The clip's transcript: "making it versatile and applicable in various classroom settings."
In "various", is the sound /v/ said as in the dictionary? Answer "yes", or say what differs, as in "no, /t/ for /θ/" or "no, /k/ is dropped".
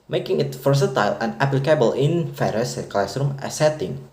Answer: no, /f/ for /v/